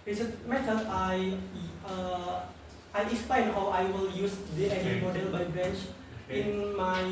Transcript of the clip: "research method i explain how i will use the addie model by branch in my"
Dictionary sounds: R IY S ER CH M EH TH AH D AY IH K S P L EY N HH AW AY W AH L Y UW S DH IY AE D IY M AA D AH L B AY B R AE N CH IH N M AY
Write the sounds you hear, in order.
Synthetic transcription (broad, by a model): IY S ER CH M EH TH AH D AY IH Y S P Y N HH AW AY W AH L Y UW S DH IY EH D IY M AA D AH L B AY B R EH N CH IH N M AY